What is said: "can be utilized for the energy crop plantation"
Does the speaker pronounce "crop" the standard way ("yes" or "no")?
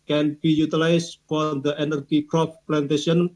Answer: no